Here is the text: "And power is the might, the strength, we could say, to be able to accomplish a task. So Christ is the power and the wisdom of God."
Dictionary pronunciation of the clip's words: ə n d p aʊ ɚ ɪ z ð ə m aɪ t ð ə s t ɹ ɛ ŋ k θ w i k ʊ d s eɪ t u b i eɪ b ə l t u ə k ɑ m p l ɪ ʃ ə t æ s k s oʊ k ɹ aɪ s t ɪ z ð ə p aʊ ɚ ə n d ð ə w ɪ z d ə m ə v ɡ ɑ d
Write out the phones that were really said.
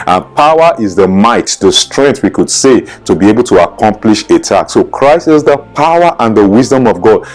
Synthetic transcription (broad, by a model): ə n p aʊ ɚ ɪ z ð ə m aɪ t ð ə s t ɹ ɛ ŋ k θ w i k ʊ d s eɪ t u b i eɪ b ə l t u ə k ɑ m p l ɪ ʃ ə t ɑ k s oʊ k ɹ aɪ s t ɪ z ð ə p aʊ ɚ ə n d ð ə w ɪ z d ə m ə v ɡ ɑ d